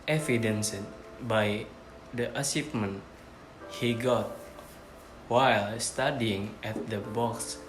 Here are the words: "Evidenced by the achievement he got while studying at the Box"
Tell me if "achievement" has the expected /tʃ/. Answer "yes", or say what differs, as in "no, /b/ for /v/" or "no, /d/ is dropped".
no, /s/ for /tʃ/